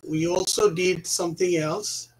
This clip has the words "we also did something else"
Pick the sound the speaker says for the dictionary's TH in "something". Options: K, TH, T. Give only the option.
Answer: TH